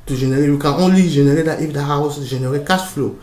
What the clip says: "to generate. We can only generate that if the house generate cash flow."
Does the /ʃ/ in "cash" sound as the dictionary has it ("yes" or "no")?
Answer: no